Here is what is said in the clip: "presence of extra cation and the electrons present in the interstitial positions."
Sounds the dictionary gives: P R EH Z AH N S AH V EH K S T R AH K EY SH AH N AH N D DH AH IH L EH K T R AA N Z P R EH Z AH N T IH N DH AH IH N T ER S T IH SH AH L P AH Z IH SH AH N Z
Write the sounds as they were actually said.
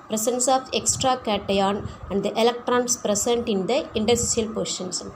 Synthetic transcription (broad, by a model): P R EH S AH N S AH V EH K S T R AH K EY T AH N AH N D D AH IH L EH K T R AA N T P R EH S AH N T IH N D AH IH N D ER S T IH AH L P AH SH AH N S